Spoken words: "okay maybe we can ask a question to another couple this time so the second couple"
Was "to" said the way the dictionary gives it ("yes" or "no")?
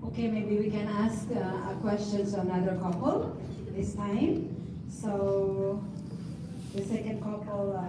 no